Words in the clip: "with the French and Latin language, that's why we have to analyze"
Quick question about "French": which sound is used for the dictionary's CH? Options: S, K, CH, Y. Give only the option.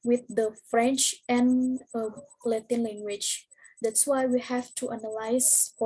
CH